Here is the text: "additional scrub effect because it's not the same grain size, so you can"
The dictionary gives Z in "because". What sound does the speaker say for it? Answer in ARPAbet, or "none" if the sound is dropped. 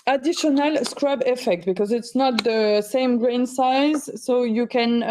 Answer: Z